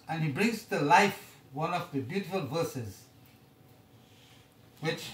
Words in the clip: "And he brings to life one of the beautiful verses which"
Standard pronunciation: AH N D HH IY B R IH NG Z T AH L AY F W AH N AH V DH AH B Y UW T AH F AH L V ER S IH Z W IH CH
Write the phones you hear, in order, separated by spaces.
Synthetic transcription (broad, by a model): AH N HH IY B R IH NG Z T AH L AY F W AH N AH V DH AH B Y UW T AH F AH L V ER S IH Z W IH CH